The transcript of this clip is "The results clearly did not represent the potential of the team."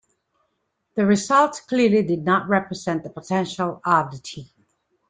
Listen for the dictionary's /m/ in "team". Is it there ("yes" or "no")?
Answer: no